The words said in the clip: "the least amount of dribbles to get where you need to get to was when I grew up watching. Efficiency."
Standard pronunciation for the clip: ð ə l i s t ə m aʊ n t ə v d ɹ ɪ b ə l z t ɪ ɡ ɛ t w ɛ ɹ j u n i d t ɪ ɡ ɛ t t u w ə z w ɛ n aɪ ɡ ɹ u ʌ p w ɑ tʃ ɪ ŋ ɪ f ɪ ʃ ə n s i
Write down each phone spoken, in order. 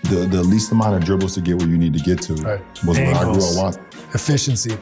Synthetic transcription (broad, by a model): ð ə l i s t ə m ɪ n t ə v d ɹ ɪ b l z t ɪ ɡ ɛ t w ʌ ɹ j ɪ n i d t ɪ ɡ ɛ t t u w ə z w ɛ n aɪ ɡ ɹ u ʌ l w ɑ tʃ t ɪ f ɪ ʃ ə n s i